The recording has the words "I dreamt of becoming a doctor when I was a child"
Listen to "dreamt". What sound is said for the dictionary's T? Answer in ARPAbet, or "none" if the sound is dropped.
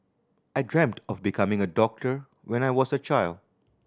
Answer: T